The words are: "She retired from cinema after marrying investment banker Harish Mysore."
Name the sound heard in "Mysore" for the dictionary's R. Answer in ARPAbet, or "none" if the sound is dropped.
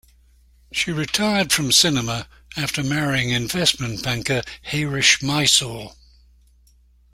L